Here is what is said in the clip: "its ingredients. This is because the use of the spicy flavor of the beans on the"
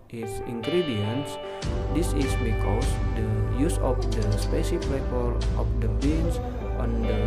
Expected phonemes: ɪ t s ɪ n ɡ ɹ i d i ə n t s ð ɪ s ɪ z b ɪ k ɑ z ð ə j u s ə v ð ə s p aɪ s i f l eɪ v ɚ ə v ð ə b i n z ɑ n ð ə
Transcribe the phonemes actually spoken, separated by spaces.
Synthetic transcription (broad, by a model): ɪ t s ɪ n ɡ ɹ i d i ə n s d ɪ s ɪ s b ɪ k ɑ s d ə j u s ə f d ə s p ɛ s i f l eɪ p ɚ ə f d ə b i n s ɑ n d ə